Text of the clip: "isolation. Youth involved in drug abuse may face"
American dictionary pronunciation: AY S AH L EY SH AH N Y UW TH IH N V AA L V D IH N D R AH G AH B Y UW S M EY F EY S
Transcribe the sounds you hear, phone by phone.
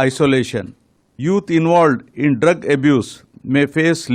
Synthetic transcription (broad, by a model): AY S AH L EY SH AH N Y UW T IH N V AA L D IH N D R AH G AH B Y UW S M EY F EY S